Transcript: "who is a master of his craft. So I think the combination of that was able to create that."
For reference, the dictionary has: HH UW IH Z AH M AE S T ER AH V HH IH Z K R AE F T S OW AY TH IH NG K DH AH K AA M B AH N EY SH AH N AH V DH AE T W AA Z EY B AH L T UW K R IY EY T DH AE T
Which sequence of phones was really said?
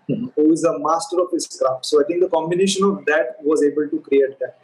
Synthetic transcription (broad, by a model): HH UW IH Z AH M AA S T ER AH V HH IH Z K R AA T S OW AY T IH NG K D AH K AA M B AH N EY SH AH N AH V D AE T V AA Z EY B AH L T UW K R IY EY T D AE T